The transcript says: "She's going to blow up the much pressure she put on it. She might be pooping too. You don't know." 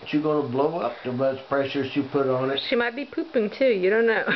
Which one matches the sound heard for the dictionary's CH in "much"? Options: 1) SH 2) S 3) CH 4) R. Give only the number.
2